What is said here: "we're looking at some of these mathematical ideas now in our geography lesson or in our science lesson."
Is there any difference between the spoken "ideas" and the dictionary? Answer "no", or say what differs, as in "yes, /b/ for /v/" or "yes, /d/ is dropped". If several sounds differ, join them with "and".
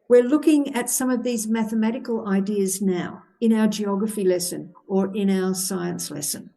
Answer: no